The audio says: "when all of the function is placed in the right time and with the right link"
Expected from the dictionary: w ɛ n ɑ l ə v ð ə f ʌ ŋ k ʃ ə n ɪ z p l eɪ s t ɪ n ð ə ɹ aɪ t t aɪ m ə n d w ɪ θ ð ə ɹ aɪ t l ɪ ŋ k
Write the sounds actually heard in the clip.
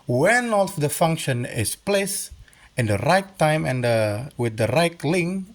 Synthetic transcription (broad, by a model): w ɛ n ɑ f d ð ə f ʌ ŋ k ʃ ə n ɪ s p l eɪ s ɪ n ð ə ɹ aɪ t t aɪ m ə n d w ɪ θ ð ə ɹ aɪ t l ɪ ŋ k